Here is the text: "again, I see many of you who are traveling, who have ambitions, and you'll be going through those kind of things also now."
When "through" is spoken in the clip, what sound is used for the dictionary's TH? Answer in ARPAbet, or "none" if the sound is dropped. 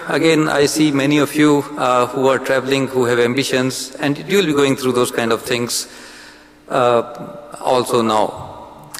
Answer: T